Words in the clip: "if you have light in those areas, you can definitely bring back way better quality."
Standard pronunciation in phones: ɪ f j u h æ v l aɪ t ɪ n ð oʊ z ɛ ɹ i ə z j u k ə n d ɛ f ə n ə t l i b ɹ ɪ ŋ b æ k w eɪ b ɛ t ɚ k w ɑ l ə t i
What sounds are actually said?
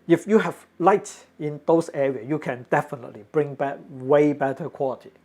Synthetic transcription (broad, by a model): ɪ f j u h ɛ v l aɪ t ɪ n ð oʊ s ɛ ɹ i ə j u k ə n d ɛ f ə n ə t l i b ɹ ɪ ŋ b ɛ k w eɪ b ɛ t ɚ k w ɑ l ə t i